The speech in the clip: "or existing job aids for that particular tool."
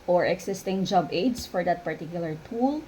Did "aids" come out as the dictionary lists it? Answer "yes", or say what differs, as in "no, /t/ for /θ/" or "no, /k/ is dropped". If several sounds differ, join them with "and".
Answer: no, /s/ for /z/